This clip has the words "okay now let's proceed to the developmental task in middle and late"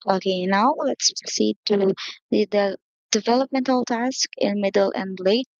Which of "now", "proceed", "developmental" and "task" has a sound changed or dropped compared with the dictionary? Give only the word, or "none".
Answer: none